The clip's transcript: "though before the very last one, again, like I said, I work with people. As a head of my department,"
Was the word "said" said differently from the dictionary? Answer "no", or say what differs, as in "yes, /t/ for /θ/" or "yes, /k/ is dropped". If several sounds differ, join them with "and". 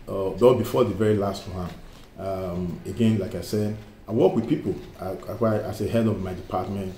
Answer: no